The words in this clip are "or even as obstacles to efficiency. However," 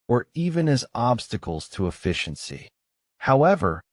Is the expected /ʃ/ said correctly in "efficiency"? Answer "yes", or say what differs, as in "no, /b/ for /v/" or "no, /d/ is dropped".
yes